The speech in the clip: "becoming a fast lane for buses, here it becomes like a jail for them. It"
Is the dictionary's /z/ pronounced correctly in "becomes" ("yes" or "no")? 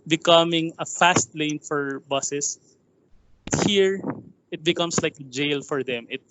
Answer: no